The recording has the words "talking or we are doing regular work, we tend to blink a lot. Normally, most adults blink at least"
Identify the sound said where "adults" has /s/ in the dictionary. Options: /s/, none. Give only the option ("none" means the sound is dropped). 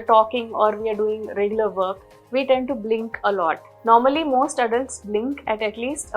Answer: /s/